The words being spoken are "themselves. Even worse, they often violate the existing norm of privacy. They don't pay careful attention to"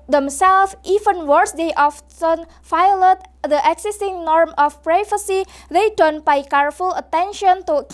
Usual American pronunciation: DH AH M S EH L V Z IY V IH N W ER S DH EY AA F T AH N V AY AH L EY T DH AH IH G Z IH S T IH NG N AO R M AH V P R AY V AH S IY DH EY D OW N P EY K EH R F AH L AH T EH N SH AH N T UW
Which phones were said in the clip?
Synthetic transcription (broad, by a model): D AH M S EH L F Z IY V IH N W ER S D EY AA F T AH N F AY L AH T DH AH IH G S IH S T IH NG N AO R M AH F P R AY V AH S IY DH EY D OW N P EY K EH R F AH L AH T EH N SH AH N T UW